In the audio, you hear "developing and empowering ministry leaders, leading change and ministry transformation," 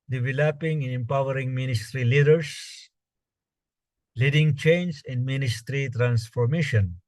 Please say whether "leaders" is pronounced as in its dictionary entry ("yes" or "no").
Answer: no